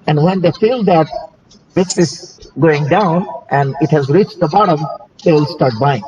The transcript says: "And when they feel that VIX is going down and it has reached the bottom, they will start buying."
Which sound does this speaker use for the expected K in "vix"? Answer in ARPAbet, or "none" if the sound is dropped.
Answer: none